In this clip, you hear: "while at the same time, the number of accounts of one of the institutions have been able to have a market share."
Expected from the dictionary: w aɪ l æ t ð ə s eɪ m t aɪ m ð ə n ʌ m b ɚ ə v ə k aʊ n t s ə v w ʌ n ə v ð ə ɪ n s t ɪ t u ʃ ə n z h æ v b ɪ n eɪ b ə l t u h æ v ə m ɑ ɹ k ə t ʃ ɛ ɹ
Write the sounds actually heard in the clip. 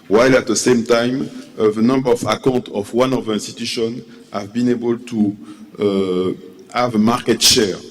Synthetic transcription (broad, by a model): w aɪ l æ t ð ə s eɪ m t aɪ m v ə n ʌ m b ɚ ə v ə k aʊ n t ə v w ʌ n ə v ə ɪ n s t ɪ t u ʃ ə n h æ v b ɪ n eɪ b ə l t u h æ v ə m ɑ ɹ k ə t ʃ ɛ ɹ